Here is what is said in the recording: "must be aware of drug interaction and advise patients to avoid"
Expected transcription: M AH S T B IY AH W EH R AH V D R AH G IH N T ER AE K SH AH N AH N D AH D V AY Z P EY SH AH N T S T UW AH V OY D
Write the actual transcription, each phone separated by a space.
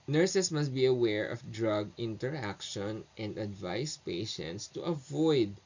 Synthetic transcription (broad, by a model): M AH S T B IY AH W EH R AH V D R AH G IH N T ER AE K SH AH N AH N D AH D V AY S P EY SH AH N T S T UW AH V OY D